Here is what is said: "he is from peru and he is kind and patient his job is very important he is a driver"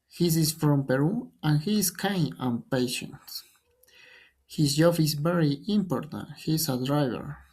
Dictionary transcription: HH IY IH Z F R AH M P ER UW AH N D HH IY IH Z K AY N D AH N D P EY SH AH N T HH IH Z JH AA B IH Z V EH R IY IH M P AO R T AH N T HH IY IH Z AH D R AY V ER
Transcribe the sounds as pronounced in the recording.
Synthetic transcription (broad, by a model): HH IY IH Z F R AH M P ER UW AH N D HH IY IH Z K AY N AH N P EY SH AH N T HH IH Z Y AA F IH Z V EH R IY IH M P AO R T AH N T HH IY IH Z AH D R AY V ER